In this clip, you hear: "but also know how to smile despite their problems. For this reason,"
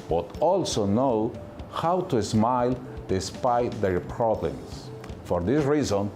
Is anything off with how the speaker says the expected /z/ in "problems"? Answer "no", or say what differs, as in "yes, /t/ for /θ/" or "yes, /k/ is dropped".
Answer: yes, /s/ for /z/